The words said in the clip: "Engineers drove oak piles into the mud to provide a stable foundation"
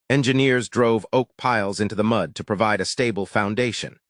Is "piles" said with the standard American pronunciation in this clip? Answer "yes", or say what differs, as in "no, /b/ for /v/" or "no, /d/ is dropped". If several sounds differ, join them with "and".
yes